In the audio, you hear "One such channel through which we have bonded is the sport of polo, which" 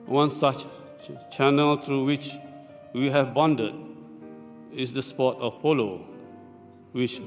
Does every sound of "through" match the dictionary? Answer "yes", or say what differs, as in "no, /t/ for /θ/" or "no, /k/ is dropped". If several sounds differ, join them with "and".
no, /t/ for /θ/